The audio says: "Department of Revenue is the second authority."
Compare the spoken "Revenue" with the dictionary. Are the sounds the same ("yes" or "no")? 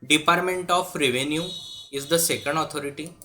yes